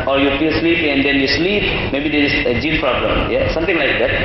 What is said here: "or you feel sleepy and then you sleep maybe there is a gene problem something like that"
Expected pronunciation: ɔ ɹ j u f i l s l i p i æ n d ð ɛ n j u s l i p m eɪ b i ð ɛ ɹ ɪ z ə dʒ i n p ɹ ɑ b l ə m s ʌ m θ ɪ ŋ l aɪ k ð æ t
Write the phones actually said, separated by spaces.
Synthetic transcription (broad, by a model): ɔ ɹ j u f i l s l i p i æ n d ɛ n j u s l i p m eɪ b i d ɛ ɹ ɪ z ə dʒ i l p ɹ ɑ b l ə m s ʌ m t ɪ ŋ l aɪ k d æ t